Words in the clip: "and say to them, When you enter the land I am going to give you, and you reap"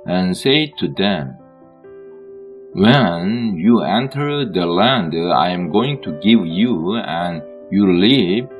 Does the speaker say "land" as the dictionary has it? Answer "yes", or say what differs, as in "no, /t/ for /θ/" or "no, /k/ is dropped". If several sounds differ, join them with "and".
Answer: yes